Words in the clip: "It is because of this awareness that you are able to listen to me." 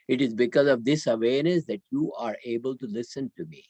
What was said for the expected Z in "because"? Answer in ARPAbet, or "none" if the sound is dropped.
Z